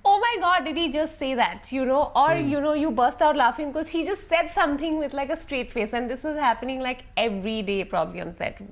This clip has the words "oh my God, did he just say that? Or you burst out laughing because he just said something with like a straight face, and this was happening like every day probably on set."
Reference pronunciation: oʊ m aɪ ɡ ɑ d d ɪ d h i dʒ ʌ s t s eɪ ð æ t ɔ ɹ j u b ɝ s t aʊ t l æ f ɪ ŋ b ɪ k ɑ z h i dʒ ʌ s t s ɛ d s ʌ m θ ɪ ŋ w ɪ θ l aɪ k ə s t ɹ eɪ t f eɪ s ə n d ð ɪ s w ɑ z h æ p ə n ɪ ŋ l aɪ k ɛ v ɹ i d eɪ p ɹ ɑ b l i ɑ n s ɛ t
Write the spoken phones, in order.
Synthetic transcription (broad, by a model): oʊ m aɪ ɡ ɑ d d ɪ d h i dʒ ʌ s t s eɪ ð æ t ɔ ɹ j u b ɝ s t aʊ t l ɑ f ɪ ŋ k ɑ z h i dʒ ʌ s t s ɛ d s ʌ m t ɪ ŋ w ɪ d l aɪ k ə s t ɹ eɪ t f eɪ s ə n d ɪ s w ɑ z h æ p ə n ɪ ŋ l aɪ k ɛ v ɹ i d eɪ p ɹ ɑ b l i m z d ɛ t